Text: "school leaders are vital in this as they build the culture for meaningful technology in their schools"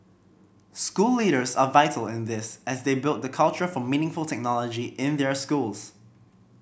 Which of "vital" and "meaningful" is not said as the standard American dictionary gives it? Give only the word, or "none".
none